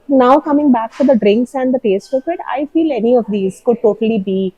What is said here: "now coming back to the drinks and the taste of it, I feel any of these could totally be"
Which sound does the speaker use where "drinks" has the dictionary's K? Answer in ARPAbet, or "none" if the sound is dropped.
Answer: K